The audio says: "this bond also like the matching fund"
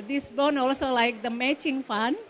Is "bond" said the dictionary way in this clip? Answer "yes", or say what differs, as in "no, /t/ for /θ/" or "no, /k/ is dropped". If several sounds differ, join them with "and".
no, /d/ is dropped